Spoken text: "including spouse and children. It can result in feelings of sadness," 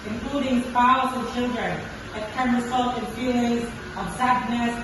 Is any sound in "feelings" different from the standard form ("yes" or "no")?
yes